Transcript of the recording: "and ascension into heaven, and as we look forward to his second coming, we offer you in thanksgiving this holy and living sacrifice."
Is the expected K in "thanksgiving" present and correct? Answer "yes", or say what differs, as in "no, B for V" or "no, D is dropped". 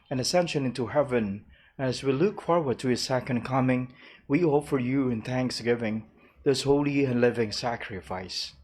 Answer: yes